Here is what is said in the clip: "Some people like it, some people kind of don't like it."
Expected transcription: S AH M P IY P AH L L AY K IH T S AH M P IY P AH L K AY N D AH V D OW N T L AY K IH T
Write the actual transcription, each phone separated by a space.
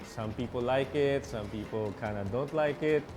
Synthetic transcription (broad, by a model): S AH M P IY P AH L L AY K IH T S AH M P IY P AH L K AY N AH D OW N T L AY K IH T